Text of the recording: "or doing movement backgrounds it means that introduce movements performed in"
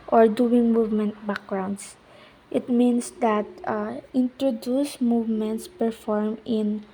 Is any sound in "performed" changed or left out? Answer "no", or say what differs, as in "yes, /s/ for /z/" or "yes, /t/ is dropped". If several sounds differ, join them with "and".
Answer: yes, /d/ is dropped